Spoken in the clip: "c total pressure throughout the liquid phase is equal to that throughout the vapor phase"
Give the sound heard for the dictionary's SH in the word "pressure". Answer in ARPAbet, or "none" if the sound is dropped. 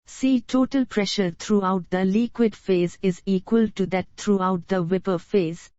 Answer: SH